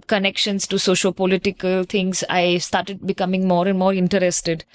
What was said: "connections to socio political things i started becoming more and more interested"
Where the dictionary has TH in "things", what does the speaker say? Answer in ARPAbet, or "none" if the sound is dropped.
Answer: T